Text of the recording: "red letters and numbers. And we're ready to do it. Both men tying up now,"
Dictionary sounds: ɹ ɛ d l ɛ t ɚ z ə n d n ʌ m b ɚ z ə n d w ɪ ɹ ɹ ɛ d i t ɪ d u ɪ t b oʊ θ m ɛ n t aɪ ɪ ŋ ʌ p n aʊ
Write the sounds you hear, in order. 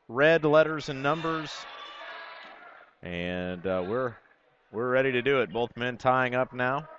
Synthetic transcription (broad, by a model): ɹ ɛ d l ɛ t ɚ z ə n n ʌ m b ɚ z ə n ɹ w ɪ ɹ ɹ ɛ d i t ɪ d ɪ ɪ t b oʊ θ m ɛ n t aɪ ɪ ŋ ʌ p n aʊ